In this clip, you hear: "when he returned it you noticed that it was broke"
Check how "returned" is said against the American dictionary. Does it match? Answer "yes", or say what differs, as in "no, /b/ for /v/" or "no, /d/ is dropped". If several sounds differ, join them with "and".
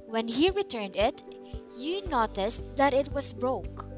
yes